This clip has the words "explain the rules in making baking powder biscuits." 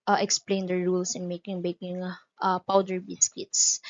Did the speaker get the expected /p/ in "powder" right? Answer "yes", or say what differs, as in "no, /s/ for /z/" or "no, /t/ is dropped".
yes